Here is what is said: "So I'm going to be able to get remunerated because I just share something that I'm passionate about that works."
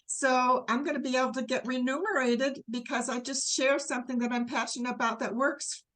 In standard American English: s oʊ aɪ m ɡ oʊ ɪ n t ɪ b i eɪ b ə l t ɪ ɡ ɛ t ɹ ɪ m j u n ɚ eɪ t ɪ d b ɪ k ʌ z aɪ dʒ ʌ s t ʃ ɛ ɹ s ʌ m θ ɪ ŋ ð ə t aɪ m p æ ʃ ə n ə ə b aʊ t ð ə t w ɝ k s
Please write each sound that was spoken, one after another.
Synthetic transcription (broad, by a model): s oʊ aɪ m ɡ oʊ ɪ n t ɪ b i eɪ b l t ɪ ɡ ɛ t ɹ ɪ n u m ɚ eɪ t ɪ d b ɪ k ʌ z aɪ dʒ ʌ s t ʃ ɛ ɹ s ʌ m θ ɪ ŋ ð ə t aɪ m p æ ʃ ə n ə ə b aʊ t ð ə t w ɝ k s